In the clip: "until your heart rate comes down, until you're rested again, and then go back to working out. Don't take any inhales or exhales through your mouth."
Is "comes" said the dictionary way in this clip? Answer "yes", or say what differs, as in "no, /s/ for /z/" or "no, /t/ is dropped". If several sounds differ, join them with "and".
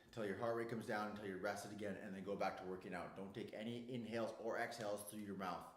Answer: yes